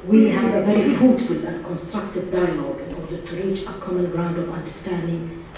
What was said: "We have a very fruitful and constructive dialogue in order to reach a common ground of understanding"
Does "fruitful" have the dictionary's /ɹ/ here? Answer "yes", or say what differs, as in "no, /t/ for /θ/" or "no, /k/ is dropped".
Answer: no, /ɹ/ is dropped